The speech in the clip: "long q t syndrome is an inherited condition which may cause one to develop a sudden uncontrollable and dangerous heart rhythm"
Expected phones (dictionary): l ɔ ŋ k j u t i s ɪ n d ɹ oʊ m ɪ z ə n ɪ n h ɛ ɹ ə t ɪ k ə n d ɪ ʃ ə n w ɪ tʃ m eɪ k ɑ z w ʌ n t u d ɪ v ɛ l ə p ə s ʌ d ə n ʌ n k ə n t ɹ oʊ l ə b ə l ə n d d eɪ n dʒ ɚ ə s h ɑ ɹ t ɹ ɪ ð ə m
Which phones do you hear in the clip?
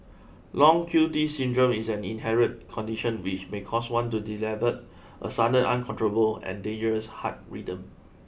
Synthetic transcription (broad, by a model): l ɔ ŋ k j u t i s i n d ɹ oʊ m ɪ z ə n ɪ n h ɛ ɹ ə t k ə n d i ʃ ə n w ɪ tʃ m eɪ k ɑ s w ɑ n t u d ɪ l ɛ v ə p ə s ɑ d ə ɑ n k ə n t ɹ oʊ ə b ə l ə n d d eɪ n dʒ ɚ ə s h ɑ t ɹ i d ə m